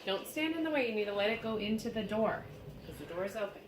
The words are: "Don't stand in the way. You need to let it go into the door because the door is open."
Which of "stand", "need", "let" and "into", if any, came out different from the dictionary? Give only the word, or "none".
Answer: none